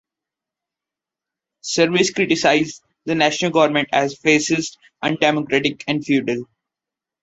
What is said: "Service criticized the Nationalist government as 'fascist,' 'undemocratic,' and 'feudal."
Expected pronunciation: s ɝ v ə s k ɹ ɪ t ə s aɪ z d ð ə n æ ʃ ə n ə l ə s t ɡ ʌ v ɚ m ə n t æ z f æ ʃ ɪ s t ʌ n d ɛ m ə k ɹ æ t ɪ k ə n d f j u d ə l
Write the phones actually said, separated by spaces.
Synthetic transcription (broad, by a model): s ɝ v ə s k ɹ ɪ t ə s aɪ z d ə n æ ʃ ə n ə l ɡ ʌ v ɚ m ə n t æ z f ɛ s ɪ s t ʌ n d ɛ m ə k ɹ æ t ɪ k ə n d f j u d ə l